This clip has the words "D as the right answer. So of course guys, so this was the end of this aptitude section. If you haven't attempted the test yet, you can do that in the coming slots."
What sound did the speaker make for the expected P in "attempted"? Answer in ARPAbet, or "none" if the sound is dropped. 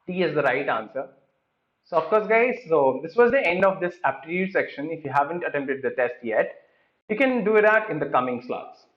P